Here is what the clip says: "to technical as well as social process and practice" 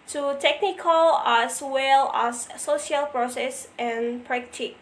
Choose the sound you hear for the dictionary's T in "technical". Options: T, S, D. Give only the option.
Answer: T